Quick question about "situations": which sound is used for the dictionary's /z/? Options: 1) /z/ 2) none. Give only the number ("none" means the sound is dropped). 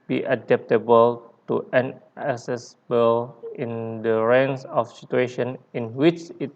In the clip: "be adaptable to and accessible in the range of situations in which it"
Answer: 2